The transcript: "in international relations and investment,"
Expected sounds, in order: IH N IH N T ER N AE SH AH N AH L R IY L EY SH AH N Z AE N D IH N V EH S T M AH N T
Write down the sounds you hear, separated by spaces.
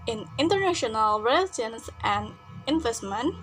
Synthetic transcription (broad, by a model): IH N IH N T ER N AE SH AH N AH L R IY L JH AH N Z AE N D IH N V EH S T M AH N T